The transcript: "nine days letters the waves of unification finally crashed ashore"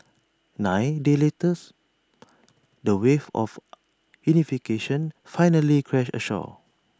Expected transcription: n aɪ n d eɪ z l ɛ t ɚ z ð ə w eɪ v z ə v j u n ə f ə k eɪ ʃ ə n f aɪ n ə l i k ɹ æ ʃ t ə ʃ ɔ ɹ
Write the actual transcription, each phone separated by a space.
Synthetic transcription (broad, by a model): n aɪ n d eɪ l ɛ t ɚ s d ə w eɪ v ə f j u n ə f ə k eɪ ʃ ə n f aɪ n ə l i k ɹ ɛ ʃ ə ʃ ɔ